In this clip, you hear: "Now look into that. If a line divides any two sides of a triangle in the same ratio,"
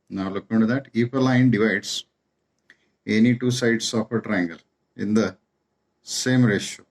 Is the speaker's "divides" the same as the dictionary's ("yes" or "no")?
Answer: no